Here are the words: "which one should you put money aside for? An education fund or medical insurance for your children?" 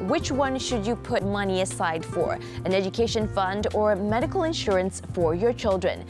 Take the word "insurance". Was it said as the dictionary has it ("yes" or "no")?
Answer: yes